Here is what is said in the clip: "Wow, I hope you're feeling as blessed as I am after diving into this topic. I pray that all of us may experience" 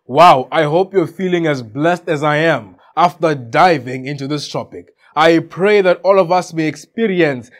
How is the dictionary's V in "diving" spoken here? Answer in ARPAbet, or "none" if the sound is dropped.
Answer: V